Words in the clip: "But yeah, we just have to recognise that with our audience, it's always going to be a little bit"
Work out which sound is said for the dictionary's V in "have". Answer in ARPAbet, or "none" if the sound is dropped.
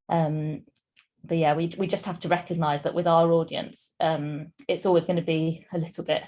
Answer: F